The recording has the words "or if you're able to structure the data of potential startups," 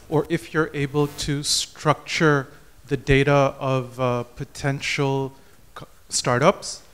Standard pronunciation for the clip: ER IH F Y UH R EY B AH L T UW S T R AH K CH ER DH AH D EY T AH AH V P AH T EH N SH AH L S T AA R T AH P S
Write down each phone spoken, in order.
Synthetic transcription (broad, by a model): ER IH F Y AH R EY B AH L T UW S T R AH K CH ER DH AH D EY T AH AH V P AH T EH N SH AH L S T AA R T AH P S